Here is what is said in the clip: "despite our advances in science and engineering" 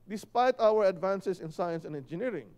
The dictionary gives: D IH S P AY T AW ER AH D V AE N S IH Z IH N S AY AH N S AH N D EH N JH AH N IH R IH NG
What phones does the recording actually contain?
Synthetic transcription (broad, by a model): D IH S P AY T AW ER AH D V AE N S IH S IH N S AY AH N S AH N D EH N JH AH N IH R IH NG